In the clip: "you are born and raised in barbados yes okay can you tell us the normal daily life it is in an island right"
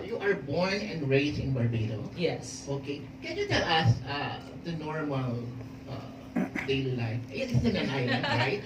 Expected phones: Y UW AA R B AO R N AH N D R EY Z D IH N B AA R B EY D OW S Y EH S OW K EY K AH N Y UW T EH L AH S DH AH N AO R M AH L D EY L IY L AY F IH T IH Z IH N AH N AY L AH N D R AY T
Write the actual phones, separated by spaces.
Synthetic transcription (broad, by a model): Y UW AA R B AO R N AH N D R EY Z IH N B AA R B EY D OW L Y EH S OW K EY K AH N Y UW T EH L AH S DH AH N AO R M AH L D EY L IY L AY F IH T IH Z IH N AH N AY AH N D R AY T